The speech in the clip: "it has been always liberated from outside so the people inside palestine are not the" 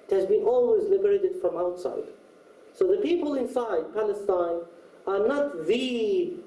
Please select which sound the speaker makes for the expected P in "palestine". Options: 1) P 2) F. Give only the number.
1